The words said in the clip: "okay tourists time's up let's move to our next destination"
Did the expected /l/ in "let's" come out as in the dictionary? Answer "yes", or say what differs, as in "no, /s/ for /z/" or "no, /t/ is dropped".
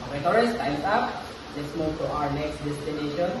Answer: yes